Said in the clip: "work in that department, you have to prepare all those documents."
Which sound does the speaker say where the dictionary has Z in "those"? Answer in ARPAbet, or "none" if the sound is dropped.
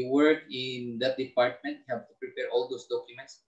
S